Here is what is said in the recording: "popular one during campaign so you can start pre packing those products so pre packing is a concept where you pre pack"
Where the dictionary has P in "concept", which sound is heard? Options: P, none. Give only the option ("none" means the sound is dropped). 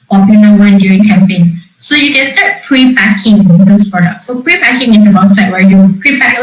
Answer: none